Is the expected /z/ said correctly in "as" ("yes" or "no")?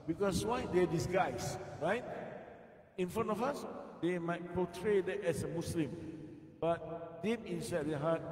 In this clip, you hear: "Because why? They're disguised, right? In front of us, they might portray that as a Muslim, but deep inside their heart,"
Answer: no